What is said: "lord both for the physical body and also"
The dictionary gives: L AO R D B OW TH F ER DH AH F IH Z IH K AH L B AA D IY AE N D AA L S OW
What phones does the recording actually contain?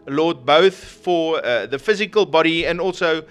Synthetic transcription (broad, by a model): L AO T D B OW TH F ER DH AH F IH Z IH K AH L B AA D IY AE N D AA L S OW